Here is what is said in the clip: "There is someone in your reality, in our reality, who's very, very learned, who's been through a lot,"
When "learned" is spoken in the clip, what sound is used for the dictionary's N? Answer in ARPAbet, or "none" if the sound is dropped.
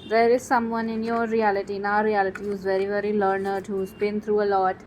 N